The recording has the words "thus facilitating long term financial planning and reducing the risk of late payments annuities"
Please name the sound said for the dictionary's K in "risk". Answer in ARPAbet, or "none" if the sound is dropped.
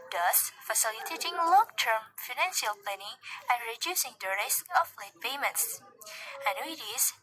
none